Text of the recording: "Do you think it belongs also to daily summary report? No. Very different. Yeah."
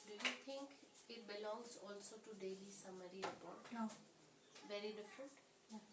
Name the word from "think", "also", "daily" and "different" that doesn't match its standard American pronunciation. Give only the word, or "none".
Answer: think